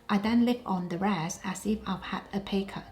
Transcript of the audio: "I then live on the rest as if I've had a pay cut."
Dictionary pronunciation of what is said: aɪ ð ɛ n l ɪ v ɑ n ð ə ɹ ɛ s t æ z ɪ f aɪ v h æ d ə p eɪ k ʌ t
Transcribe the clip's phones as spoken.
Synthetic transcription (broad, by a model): aɪ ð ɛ n l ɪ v ɑ n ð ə ɹ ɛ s æ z ɪ f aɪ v h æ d ə p eɪ k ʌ